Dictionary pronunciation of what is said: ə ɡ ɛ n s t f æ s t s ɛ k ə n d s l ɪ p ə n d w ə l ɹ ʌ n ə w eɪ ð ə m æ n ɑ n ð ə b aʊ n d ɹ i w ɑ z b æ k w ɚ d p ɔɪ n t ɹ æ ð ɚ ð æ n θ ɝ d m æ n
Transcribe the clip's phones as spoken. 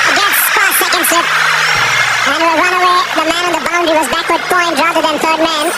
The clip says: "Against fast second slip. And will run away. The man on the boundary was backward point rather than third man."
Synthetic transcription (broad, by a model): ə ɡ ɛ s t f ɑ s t s ɛ k ə n d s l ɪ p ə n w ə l ɹ ʌ n ə w eɪ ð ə m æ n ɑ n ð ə b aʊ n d i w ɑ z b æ k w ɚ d p ɔɪ n t ɹ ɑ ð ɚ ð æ n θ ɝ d m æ n